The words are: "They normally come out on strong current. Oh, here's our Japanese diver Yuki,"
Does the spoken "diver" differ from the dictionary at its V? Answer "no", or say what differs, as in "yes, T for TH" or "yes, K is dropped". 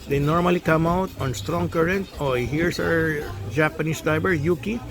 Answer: yes, B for V